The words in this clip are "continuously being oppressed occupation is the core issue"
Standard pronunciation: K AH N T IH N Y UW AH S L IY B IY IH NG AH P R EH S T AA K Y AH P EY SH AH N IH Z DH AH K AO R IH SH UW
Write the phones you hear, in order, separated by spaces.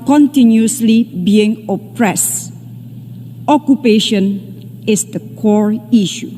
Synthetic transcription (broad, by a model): K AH N T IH N Y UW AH S L IY B IY IH NG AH P R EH S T AA K Y AH P EY SH AH N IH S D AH K AO R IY SH UW